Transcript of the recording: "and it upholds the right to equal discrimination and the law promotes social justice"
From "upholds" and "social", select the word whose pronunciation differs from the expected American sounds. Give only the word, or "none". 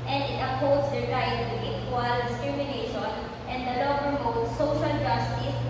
upholds